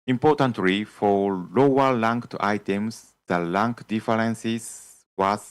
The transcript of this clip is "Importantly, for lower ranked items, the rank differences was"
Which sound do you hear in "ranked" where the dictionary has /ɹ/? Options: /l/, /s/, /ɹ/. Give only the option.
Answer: /l/